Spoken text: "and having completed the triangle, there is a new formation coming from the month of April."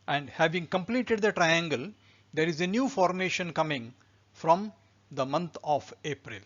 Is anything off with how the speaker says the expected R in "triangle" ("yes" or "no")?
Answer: no